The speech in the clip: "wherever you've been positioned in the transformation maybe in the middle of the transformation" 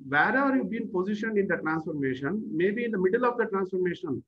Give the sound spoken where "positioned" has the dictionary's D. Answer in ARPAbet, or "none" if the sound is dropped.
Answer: none